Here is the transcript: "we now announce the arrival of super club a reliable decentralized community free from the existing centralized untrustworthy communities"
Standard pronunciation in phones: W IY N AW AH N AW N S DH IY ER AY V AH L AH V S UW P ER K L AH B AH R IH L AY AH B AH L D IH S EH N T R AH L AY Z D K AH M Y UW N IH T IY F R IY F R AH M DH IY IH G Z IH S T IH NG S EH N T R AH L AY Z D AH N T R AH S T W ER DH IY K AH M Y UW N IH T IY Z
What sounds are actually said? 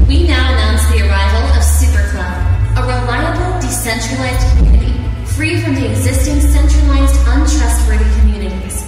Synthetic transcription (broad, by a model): W IY N AW AH N AW N S DH IY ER AY V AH L AH V S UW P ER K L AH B AH R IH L AY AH B L D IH S EH N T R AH L AY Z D K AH M Y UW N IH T IY F R IY F R AH M DH IY IH G Z IH S T IH NG S EH N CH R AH L AY Z D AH N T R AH S T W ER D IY K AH M Y UW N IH T IY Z